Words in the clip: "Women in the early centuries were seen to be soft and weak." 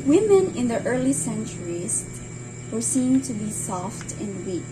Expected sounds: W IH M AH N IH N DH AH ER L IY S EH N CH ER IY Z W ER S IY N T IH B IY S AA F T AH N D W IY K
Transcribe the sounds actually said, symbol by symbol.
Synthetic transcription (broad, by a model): W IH M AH N IH N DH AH ER L IY S EH N CH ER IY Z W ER S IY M T IH B IY S AA F T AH N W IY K